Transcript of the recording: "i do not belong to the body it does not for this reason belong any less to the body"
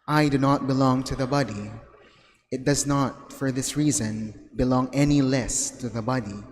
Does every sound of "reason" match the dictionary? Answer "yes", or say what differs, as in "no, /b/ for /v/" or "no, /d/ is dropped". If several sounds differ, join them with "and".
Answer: yes